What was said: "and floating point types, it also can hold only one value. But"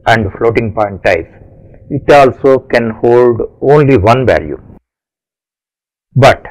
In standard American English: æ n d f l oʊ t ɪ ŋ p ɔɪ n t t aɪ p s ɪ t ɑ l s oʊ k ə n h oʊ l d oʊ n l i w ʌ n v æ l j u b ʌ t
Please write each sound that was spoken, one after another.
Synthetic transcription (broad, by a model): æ n d f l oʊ t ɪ ŋ p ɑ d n t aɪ s ɪ t ɑ l s oʊ k ə n h oʊ l d oʊ n l i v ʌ n v æ l j u b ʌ t